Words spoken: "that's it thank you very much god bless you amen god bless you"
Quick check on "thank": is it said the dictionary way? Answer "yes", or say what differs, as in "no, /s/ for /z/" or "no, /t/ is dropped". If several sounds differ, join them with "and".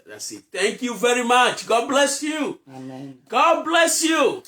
no, /t/ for /θ/